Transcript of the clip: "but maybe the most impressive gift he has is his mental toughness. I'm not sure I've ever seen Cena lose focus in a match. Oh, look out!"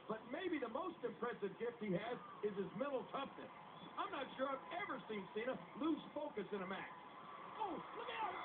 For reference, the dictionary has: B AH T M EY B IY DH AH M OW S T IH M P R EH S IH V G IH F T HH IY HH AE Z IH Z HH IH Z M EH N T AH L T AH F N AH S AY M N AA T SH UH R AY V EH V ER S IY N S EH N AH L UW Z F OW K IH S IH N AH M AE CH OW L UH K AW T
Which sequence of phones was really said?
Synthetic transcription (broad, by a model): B AH T M EY B IY DH AH M OW S T IH M P R EH S IH V G IH F T HH IY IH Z IH Z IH Z M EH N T L T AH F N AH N AY M N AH T SH UH R AY V EH V ER S IY N S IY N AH L UW Z F OW K IH S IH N AH M AE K OW L UH K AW